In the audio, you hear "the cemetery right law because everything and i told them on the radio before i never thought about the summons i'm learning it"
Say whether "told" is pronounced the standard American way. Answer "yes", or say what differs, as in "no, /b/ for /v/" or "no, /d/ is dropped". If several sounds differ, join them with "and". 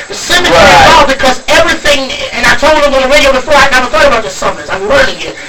yes